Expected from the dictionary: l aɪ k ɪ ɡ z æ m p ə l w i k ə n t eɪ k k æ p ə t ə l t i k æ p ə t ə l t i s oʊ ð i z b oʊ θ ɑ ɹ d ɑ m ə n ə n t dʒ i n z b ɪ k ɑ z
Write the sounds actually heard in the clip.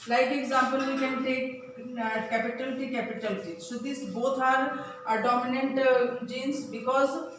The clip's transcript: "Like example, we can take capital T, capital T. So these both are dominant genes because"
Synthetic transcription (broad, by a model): l aɪ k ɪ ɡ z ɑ m p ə l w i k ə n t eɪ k k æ p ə t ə l t i k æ p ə t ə l t i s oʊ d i s b oʊ t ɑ ɹ d ɑ m ə n ə n t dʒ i n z b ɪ k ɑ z